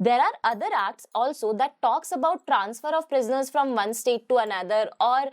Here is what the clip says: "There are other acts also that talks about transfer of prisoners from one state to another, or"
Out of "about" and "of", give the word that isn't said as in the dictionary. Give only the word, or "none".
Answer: none